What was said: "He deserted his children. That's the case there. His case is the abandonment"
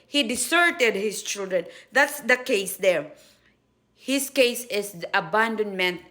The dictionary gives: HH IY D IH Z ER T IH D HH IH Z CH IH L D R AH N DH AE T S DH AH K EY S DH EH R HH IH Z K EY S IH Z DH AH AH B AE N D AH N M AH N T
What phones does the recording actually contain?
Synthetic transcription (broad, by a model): HH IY D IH S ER T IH D HH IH S CH IH L D R AH N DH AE T S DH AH K EY S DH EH R HH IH S K EY S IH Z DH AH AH B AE N D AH N M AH N T